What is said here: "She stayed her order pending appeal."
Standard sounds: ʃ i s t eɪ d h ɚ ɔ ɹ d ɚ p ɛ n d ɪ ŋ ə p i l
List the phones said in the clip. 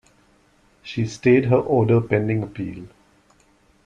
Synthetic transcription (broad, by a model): ʃ i s t eɪ d h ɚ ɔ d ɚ p ɛ n d ɪ ŋ ə p i l